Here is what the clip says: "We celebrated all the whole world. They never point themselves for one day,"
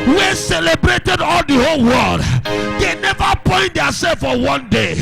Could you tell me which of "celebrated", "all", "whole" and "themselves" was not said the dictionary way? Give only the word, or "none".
themselves